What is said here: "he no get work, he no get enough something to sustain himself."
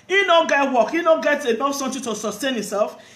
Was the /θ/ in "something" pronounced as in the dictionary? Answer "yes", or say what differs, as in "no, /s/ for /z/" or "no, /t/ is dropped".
no, /t/ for /θ/